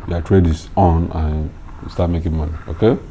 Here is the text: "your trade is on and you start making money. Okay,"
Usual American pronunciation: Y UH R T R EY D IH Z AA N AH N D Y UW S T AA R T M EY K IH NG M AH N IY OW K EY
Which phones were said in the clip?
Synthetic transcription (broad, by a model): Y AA T R EY D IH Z AA N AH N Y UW S T AA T M EY K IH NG M AH N IY OW K EY